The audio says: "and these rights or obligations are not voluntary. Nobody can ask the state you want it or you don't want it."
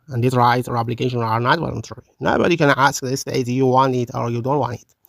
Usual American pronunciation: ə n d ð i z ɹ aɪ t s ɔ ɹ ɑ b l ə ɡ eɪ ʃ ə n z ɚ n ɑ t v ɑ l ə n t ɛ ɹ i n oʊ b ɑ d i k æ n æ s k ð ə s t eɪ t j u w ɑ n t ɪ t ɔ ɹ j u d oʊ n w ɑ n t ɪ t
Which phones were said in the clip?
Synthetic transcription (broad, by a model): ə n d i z ɹ aɪ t ɔ ɹ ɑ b l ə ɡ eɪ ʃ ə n ɚ n ɑ t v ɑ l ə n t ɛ ɹ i n oʊ b ɑ d i k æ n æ s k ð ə s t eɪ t j u w ɑ n t ɪ t ɔ ɹ j u d oʊ n w ɑ n t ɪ t